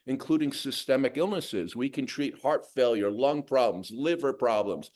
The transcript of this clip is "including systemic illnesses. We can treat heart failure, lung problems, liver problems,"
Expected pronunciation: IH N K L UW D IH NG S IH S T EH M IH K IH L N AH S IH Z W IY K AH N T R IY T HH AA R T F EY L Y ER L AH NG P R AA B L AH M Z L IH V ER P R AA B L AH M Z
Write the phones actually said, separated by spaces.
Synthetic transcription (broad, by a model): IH N K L UW D IH NG S IH S T EH M IH K IH L N AH S IH Z W IY K AH N T R IY T HH AA R T F EY L Y ER L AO NG P R AA B L AH M Z L IH V ER P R AA B L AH M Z